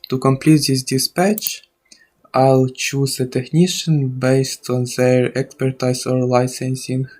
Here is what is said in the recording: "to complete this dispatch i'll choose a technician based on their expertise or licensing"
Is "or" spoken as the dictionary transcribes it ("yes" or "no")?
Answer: yes